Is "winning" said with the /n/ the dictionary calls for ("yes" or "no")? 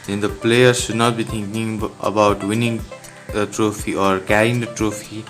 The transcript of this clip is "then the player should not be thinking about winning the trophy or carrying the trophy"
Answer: yes